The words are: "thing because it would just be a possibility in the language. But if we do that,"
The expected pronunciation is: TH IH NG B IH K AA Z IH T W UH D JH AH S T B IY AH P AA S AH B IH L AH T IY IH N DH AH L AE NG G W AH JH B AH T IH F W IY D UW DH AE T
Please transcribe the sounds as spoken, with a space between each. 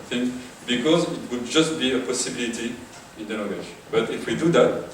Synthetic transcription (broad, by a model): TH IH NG B IH K AA Z IH T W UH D JH AH S T B IY AH P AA S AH B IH L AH T IY IH N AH N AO G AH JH B AH T IH F W IY D UW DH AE T